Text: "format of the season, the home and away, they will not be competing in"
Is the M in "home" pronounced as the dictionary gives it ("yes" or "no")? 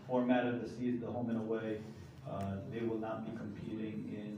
yes